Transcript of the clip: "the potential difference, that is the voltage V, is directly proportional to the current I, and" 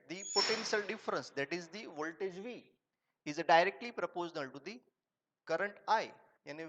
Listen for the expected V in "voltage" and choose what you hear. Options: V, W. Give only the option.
V